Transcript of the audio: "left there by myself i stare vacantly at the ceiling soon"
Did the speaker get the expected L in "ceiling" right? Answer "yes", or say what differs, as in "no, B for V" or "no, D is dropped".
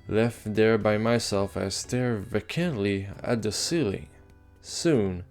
yes